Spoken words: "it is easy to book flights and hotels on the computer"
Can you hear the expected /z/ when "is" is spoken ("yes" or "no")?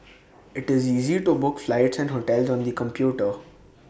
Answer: yes